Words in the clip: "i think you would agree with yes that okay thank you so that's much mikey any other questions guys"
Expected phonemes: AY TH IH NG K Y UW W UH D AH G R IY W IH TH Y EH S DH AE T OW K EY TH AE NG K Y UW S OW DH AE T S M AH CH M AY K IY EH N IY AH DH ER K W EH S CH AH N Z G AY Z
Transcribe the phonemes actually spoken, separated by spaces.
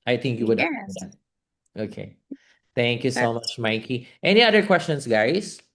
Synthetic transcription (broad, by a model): AY TH IH NG K Y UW W UH D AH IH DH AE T OW K EY TH AE NG K Y UW S OW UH M AH CH M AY K IY EH N IY AH DH ER K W EH S CH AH N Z G AY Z